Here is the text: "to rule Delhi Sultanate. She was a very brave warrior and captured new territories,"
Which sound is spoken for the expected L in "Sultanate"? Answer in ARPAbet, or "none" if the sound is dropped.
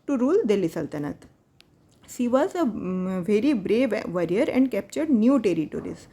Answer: L